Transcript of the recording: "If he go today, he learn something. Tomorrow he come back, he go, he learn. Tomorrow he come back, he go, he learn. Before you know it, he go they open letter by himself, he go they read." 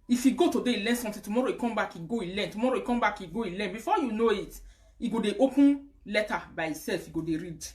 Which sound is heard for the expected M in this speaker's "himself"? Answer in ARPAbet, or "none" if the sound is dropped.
none